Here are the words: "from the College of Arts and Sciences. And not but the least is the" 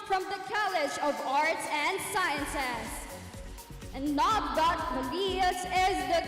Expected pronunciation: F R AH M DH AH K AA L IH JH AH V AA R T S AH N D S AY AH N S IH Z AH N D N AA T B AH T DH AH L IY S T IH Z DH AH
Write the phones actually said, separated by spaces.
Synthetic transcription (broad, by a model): F R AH M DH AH K AA L IH JH AH V AA R T S AH N D S AY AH N S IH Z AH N N AA T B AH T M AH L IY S IH Z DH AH